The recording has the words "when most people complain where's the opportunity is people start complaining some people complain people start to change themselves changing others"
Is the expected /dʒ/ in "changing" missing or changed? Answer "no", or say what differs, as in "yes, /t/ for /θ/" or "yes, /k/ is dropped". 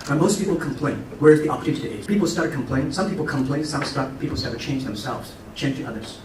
no